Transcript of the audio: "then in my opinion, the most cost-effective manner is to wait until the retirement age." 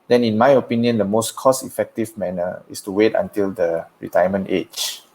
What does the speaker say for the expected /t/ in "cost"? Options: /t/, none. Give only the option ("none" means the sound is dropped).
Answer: none